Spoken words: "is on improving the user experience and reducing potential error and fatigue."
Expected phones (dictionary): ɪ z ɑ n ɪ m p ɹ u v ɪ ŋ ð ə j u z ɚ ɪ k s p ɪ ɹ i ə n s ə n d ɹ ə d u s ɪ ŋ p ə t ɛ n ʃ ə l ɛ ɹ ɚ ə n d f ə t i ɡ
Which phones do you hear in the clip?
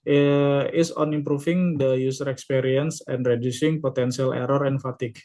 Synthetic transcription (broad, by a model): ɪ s ɑ n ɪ m p ɹ u f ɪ ŋ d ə j u s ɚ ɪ k s p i ɹ i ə n s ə n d ɹ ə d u s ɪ ŋ p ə t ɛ n s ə l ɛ ɹ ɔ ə n f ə t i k